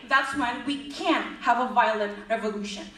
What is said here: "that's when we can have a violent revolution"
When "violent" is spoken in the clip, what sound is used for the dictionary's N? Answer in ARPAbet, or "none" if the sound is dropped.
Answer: none